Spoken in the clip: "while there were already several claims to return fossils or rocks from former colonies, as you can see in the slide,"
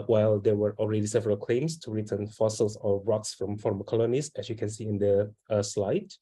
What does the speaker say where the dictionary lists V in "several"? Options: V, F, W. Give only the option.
V